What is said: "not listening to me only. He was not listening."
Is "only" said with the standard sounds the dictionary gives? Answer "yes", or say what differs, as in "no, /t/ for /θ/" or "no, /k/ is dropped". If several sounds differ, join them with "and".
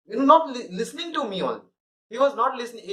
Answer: no, /n/ is dropped